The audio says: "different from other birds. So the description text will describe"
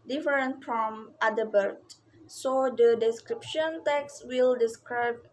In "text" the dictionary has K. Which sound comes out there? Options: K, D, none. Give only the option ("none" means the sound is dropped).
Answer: K